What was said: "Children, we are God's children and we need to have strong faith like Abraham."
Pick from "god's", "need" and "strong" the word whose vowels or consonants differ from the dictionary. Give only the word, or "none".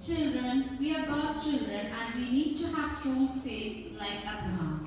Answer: god's